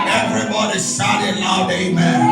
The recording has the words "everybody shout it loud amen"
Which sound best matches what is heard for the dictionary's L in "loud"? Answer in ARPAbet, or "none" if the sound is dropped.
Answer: N